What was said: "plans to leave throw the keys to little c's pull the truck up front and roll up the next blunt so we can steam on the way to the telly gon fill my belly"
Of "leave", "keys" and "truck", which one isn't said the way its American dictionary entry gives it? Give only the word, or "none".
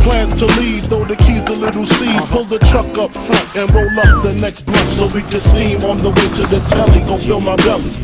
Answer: none